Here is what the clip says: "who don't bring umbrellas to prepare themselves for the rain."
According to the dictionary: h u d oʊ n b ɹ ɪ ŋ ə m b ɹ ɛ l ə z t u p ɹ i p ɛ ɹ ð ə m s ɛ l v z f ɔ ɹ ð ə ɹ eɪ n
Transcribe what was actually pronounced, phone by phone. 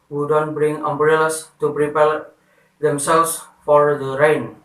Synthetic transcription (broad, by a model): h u d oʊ n b ɹ ɪ ŋ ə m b ɹ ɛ l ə s t u p ɹ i p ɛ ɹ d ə m s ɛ l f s f ɔ ɹ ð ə ɹ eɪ n